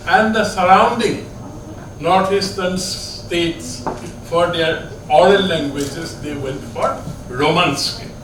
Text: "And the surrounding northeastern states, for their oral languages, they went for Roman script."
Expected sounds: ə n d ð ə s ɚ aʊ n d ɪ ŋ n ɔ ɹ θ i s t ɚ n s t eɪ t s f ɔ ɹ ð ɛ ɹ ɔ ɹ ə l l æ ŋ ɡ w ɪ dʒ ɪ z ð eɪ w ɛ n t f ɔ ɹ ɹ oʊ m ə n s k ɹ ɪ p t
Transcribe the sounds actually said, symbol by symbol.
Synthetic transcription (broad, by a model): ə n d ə s ɚ aʊ n d ɪ ŋ n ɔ ɹ t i s t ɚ n s t eɪ t s f ɔ ɹ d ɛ ɹ ɔ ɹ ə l l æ ŋ ɡ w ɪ dʒ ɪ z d eɪ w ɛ n t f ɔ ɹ ɹ oʊ m ə n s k